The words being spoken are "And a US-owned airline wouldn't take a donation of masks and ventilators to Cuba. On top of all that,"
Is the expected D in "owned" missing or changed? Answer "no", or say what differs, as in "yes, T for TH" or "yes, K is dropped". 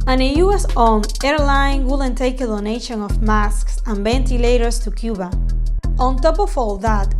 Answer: yes, D is dropped